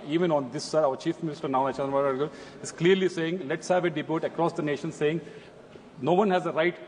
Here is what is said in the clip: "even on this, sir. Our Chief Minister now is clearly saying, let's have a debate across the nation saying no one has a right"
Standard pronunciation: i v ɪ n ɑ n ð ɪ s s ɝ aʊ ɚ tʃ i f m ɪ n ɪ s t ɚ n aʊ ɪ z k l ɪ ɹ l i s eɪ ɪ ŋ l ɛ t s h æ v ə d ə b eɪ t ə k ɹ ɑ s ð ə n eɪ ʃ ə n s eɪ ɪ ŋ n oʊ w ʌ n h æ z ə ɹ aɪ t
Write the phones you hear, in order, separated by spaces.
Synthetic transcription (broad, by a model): i v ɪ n ɑ n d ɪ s s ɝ aʊ ɚ tʃ i f m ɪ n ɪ s t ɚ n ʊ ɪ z k l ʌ ɹ l i s eɪ ɪ ŋ l ɛ t s h æ v ə d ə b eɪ t ə k ɹ ɑ s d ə n eɪ ʃ ə n s eɪ ɪ ŋ n oʊ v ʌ n h æ z ə ɹ aɪ t